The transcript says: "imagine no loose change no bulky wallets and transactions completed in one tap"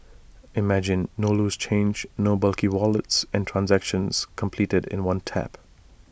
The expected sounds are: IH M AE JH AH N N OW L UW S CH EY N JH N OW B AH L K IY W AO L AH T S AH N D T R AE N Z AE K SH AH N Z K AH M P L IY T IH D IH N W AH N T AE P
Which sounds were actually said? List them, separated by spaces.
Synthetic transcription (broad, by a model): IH M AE JH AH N N OW L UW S CH EY N JH N OW B AH L K IY W AO L AH T S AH N T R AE N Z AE K SH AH N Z K AH M P L IY T IH D IH N W AH N T AE P